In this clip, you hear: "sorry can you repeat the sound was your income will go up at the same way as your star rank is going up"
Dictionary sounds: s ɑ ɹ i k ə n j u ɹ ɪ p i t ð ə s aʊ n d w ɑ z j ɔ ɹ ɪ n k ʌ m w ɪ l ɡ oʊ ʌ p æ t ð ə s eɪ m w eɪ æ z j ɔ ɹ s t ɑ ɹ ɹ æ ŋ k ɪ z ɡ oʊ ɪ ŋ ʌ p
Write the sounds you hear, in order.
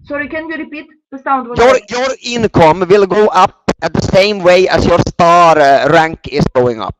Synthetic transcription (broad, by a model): s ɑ ɹ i k ə n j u ɹ ɪ p i t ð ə s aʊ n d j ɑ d j ɔ ɹ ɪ n k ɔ m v ɪ l ɡ oʊ ʌ p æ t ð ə s eɪ m w eɪ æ s j ɔ ɹ s t ɑ ɹ ɹ æ ŋ k ɪ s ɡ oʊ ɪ ŋ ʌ p